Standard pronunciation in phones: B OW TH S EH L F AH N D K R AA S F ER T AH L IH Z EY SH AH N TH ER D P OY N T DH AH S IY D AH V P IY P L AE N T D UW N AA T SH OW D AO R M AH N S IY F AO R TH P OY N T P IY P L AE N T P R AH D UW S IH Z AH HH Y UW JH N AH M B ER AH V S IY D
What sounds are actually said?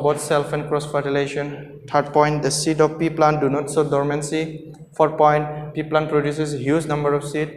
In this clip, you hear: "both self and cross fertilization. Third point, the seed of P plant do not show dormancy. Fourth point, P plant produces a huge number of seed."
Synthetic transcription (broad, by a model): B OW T S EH L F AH N K R AA S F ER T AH L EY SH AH N T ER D P OY N T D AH S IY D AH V P IY P L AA N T D UW N AA T S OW D AO R M AH N S IY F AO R P OY N T P IY P L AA N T P R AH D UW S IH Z HH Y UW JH N AH M B ER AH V S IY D